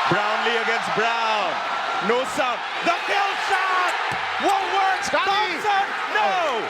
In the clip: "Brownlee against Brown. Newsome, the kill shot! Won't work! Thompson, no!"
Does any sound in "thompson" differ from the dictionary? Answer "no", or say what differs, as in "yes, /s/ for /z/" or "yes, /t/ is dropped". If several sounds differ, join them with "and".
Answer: yes, /s/ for /t/ and /m/ is dropped